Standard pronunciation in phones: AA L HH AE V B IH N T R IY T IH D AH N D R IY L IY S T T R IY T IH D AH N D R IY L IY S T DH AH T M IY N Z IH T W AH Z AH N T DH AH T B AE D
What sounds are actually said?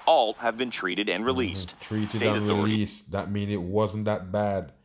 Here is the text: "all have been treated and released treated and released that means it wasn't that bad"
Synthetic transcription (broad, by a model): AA L HH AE V B IH N T R IY T IH D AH N R IY L IY S T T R IY T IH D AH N R IY L IY S T DH AH T M IY N IH T W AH Z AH N DH AH T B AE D